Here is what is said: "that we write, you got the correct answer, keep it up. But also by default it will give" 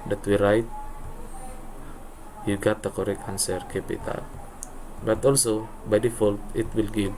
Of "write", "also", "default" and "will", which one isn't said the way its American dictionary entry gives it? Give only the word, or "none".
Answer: none